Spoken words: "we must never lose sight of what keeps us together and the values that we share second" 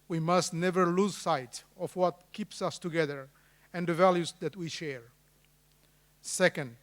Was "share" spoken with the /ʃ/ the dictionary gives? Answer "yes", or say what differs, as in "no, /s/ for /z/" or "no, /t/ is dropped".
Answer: yes